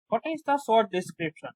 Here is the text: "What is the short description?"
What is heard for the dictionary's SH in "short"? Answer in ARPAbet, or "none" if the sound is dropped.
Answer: S